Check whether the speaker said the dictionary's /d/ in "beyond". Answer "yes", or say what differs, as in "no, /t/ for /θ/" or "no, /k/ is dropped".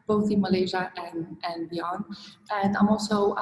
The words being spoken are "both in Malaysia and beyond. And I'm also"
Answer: no, /d/ is dropped